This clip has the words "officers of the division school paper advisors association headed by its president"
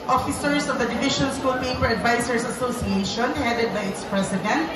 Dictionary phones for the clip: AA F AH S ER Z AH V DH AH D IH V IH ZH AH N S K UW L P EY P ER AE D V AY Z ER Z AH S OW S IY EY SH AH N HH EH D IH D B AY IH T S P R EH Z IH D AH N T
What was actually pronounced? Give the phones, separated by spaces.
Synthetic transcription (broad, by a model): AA F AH S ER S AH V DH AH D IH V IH SH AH N S K UW L P EY P ER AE D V AY S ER S AH S OW S IY EY SH AH N HH EH D IH D B AY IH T S P R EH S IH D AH N T